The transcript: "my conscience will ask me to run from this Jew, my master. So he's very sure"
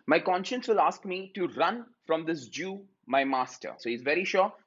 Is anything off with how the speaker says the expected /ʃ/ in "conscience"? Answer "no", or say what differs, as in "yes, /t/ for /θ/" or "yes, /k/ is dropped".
no